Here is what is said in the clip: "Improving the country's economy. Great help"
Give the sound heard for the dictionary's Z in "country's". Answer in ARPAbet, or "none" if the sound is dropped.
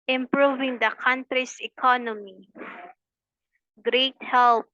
S